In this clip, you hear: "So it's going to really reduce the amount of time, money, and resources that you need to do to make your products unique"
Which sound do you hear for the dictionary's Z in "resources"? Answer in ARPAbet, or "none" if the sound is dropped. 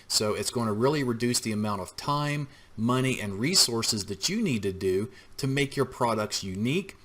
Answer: Z